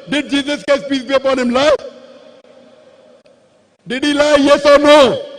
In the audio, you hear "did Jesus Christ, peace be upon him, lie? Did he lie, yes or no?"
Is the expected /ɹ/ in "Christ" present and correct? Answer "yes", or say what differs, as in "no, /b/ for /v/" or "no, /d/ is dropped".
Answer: no, /ɹ/ is dropped